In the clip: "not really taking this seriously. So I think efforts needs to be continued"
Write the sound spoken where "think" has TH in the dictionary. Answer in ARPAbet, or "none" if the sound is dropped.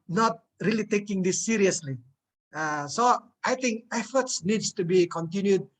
T